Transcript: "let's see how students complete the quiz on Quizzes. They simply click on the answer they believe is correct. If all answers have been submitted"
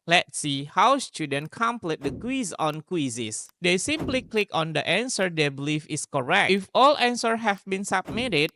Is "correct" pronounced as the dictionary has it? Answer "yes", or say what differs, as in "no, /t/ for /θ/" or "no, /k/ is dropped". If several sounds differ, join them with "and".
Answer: no, /t/ is dropped